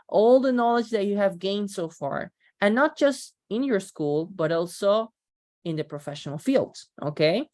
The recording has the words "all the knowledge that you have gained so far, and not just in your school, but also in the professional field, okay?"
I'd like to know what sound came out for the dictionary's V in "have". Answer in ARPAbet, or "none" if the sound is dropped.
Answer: V